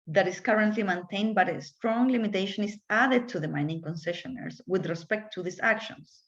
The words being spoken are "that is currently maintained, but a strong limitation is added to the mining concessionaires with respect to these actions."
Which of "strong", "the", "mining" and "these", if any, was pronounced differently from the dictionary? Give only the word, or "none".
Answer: these